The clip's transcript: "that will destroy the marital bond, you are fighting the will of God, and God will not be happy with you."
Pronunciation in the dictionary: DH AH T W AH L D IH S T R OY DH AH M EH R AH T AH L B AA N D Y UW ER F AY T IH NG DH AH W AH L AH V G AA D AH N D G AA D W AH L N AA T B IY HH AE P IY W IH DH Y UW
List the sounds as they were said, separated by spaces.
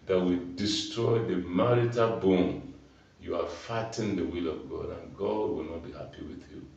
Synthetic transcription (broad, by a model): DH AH T W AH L D IH S T R OY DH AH M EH R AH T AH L B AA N Y UW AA F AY T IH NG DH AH W AH L AH V G AA D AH N G AA D W AH L N AA T B IY HH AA P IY W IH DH Y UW